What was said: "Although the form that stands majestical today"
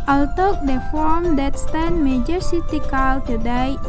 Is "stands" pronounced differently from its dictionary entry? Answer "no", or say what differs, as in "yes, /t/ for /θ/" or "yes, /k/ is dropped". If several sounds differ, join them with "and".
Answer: yes, /z/ is dropped